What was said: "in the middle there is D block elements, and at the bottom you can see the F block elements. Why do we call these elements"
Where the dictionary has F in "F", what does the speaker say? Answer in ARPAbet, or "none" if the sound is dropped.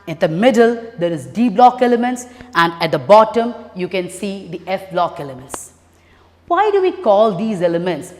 F